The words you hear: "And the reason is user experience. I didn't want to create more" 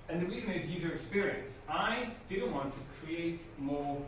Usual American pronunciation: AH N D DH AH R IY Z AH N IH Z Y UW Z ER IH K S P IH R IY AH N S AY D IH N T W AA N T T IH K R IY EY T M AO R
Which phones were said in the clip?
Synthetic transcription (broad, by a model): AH N DH AH R IY Z AH N IH Z Y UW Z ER IH K S P IH R IY AH N S AY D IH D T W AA N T T IH K R IY EY T M AO R